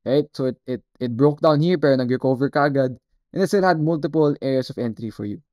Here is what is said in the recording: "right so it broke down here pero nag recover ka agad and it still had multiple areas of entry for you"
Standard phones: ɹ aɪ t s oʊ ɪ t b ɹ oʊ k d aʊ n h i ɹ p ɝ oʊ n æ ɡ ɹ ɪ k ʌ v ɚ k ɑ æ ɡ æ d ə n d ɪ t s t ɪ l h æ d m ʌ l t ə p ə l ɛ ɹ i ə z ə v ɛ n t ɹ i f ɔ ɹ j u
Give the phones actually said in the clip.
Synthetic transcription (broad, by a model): ɹ aɪ t s oʊ ɪ t b ɹ oʊ k d aʊ n h i ɹ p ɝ n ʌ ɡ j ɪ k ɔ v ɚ k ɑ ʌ ɡ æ d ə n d ɪ t s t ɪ l h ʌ d m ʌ l t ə p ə l ɛ ɹ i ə s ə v ɛ n t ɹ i f ɔ ɹ j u